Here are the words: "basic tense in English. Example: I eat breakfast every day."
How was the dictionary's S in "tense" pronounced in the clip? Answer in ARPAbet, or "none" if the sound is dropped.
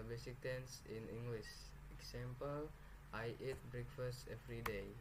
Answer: S